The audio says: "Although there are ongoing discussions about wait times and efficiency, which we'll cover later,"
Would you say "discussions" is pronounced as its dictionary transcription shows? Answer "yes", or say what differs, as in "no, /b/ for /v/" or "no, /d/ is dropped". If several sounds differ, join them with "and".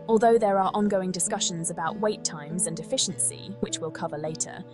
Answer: yes